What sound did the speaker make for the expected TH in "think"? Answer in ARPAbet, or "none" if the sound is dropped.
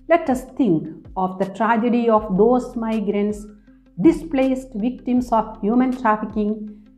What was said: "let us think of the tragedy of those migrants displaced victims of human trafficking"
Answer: T